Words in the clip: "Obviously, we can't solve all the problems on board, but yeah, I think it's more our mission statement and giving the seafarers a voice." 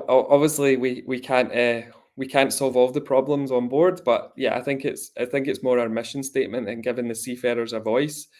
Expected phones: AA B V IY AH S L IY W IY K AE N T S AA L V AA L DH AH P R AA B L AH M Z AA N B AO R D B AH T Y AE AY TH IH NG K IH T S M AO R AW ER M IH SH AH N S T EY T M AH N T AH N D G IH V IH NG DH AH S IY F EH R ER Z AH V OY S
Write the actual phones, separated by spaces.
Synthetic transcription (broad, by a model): AA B V IY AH S L IY W IY K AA N T S AA L V AA L DH AH P R AA B L AH M Z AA N B AO R D B AH T Y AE AY TH IH NG K IH T S M AO R AW ER M IH SH AH N S T EY T M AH N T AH N G IH V IH NG DH AH S IY F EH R ER Z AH V OY S